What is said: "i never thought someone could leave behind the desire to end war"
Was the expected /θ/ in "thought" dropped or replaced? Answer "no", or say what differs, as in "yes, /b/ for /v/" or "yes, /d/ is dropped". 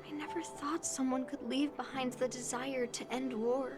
no